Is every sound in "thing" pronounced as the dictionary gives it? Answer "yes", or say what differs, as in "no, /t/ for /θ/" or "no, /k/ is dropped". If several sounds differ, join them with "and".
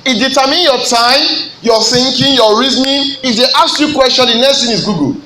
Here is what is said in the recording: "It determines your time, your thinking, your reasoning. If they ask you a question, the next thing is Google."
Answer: no, /t/ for /θ/